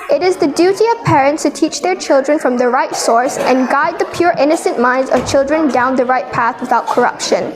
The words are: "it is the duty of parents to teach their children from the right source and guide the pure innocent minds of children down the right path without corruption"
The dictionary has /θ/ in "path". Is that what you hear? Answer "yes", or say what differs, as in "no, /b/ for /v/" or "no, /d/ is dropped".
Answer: yes